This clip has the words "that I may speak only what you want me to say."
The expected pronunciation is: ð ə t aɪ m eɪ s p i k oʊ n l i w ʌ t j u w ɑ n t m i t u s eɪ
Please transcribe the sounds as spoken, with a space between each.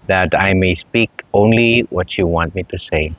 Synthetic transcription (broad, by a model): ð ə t aɪ m eɪ s p i k oʊ n l i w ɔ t j u w ɑ n t m i t u s eɪ